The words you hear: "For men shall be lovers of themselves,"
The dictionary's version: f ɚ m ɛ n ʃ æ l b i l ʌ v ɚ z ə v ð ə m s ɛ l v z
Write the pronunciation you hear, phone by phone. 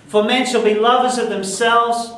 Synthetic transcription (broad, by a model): f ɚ m ɛ n ʃ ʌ l b i l ʌ v ɚ z ə v ð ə m s ɛ l v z